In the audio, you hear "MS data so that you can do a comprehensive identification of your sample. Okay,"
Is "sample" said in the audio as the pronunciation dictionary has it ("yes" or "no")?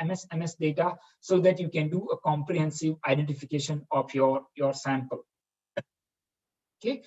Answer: yes